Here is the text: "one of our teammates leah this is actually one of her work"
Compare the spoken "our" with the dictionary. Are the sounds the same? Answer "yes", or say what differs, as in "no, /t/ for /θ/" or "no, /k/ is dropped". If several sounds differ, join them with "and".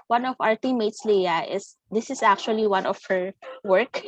yes